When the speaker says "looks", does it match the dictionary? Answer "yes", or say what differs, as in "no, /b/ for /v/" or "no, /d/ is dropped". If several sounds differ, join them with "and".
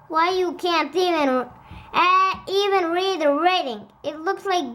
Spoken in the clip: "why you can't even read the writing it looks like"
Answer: yes